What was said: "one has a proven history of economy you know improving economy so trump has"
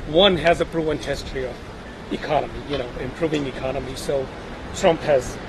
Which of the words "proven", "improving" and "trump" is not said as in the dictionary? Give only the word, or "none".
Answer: proven